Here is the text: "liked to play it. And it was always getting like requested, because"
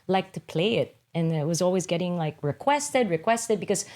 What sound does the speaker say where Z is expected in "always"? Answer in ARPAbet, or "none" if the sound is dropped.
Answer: Z